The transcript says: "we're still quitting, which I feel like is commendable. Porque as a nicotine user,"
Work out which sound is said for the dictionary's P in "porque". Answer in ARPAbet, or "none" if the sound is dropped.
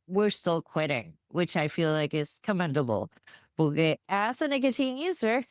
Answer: B